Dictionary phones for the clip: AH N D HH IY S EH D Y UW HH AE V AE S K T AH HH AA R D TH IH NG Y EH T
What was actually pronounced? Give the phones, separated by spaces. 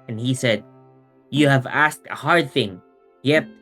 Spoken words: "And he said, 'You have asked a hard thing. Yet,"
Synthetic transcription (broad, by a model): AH N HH IY S EH D Y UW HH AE V AE S K T AH HH AA R D TH IH NG Y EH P